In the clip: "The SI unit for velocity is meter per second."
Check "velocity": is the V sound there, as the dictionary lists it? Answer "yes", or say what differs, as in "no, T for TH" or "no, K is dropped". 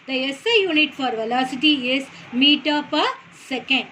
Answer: yes